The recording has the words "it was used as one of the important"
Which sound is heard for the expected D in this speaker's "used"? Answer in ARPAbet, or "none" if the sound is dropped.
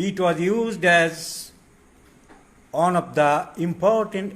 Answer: D